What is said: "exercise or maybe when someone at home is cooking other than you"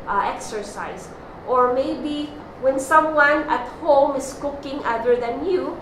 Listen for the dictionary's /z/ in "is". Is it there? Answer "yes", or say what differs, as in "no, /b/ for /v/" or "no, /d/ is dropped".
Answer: no, /s/ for /z/